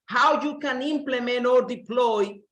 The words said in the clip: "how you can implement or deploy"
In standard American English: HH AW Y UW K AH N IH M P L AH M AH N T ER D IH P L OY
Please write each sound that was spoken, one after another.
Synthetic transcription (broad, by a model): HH AW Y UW K AH N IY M P L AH M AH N AO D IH P L OY